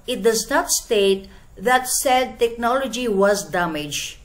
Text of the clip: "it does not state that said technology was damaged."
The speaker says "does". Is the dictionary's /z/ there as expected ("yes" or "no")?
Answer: yes